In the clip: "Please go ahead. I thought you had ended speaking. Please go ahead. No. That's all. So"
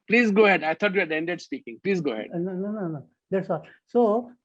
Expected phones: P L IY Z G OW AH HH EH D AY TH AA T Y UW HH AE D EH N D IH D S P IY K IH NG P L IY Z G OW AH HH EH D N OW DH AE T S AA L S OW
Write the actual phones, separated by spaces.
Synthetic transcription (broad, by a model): P L IY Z G OW AH HH EH D AY T AA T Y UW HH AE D EH N D IH D S P IY K IH NG P L IY Z G OW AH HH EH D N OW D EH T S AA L S OW